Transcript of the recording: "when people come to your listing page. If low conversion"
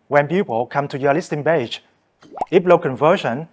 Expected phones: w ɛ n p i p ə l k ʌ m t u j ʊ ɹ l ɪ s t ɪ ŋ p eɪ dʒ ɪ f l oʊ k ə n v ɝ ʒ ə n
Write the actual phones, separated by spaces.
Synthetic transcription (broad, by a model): w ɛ n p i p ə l k ʌ m t u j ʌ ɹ l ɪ s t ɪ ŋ b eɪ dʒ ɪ p l oʊ k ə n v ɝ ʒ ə n